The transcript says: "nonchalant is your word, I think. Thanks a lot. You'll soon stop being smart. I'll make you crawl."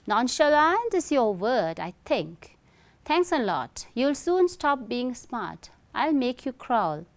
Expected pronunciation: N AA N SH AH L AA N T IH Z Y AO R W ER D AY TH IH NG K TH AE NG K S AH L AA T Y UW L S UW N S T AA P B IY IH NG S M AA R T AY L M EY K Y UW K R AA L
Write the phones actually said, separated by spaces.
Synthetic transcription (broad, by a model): N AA N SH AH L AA N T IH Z Y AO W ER D AY T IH NG K T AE NG K S AH L AA T Y UW L S UW N S T AA P B IY IH NG S M AA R T AY L M EY K Y UW K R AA L